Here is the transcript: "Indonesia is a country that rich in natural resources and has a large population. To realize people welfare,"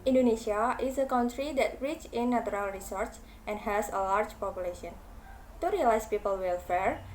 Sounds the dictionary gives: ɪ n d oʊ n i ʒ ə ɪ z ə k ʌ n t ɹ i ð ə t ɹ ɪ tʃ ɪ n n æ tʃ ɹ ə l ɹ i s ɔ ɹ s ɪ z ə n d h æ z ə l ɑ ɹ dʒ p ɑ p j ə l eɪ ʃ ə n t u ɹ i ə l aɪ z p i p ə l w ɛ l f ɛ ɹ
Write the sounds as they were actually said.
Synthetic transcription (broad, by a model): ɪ n d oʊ n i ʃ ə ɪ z ə k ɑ n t ɹ i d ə t ɹ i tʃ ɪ n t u ɹ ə l ɹ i s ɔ ɹ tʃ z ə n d h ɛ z ə l ɑ ɹ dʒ p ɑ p j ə l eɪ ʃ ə n t u ɹ i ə l aɪ s p i p ə l w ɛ l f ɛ ɹ